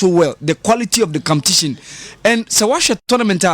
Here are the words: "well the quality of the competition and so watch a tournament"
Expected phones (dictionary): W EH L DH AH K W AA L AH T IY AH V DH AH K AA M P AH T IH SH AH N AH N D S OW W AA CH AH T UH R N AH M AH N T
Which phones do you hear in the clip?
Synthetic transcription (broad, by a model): W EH L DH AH K W AA L AH T IY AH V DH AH K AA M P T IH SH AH N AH N S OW W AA SH AH T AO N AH M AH N T